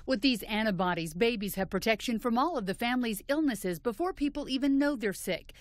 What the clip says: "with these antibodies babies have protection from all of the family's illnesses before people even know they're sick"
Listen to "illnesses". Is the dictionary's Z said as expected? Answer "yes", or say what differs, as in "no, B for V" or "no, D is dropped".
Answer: yes